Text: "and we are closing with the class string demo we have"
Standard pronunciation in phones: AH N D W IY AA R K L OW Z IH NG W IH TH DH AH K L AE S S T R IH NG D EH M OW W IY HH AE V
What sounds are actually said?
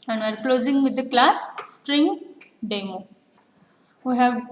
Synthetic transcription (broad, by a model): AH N D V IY AA R K L OW Z IH NG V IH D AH K L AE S S T R IH NG D EH M OW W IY HH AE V